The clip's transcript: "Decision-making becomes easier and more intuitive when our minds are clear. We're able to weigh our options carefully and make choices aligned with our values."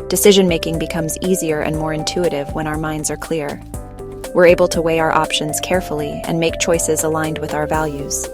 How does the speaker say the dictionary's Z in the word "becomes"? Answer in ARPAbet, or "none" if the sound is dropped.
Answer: Z